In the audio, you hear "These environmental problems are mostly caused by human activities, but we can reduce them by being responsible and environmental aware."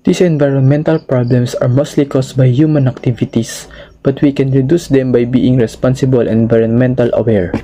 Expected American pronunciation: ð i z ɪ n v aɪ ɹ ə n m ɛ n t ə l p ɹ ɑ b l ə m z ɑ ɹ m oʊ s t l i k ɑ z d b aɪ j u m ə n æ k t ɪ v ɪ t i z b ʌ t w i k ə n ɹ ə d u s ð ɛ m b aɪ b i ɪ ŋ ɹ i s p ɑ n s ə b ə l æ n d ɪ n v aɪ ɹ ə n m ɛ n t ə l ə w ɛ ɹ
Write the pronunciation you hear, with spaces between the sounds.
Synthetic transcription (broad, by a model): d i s ɪ n v aɪ ɹ ə n m ɛ n t ə l p ɹ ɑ b l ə m s ɑ ɹ m oʊ s t l i k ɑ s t b aɪ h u m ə n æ k t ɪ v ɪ t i s b ʌ t w i k ə n ɹ ə d u s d ɛ m b aɪ b i ɪ ŋ ɹ i s p ɑ n s ə b ə l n ɪ n v aɪ ɹ ə n m ɛ n t ə l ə w ɛ ɹ